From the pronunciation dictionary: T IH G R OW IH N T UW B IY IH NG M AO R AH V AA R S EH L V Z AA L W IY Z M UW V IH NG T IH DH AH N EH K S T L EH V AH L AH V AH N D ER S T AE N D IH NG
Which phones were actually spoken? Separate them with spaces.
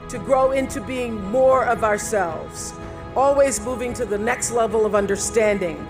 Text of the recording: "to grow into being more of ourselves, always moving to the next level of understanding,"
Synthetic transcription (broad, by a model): T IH G R OW IH N T UW B IY IH NG M AO R AH V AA R S EH L V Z AA L W IY Z M UW V IH NG T IH DH AH N EH K S T L EH V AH L AH V AH N D ER S T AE N D IH NG